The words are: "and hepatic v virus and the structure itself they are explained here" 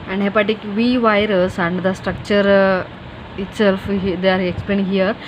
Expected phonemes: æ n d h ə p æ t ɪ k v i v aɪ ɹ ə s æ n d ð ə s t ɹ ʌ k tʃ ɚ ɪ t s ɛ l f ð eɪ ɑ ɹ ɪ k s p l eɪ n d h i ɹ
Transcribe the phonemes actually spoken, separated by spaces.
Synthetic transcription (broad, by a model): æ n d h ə p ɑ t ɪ k v i v aɪ ɹ ə s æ n d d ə s t ɹ ʌ k tʃ ɚ ɪ t s ɛ l f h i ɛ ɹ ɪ k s p l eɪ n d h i ɹ